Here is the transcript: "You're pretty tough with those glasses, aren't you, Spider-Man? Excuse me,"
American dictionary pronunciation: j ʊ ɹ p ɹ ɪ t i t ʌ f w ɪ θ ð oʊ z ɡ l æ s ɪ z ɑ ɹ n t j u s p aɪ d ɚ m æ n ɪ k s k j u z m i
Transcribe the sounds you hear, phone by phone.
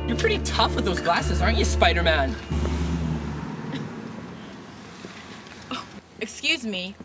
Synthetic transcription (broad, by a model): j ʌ ɹ p ɹ ɪ t i t ʌ f w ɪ ð oʊ z ɡ l æ s ɪ z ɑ ɹ n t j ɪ s p aɪ d ɚ m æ n ɪ k s k j u z m i